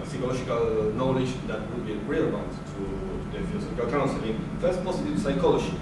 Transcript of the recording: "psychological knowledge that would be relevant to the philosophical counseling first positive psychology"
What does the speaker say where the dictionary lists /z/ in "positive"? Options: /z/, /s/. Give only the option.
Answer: /s/